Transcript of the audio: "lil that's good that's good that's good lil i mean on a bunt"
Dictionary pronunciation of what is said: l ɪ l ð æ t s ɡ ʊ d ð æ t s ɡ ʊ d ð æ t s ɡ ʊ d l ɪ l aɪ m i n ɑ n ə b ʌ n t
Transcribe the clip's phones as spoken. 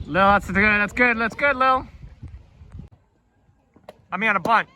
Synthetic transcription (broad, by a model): l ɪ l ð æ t s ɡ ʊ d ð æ t s ɡ ʊ d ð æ t s ɡ ʊ d l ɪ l aɪ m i ɑ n ə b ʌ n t